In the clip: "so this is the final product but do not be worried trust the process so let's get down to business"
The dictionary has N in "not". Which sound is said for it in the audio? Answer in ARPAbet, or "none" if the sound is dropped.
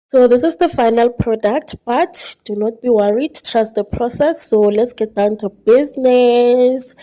N